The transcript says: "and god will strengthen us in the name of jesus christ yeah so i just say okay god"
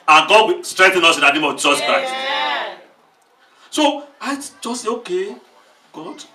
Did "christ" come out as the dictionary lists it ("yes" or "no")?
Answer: no